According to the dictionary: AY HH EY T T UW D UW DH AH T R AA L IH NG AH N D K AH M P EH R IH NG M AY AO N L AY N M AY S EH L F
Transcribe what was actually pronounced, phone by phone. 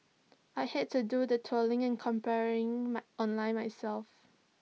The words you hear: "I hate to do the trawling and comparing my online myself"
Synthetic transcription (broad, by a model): AY HH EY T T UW D UW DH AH T AA L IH NG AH N K AH M P EH R IH NG M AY AO N L AY N M AY S EH L F